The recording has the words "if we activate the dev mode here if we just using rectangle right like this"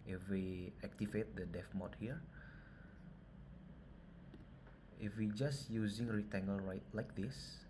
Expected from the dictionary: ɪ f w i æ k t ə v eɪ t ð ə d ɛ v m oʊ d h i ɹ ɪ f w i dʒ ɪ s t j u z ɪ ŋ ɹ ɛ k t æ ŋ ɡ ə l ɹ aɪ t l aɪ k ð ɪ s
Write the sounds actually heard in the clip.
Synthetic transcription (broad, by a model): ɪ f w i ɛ k t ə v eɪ t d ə d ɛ f m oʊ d h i ɹ ɪ f w i dʒ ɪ s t j u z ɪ ŋ ɹ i t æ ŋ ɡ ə l ɹ aɪ t l aɪ k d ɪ s